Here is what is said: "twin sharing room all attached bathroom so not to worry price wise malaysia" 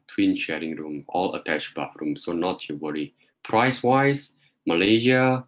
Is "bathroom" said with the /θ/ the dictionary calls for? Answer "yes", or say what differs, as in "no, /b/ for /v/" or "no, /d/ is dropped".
no, /f/ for /θ/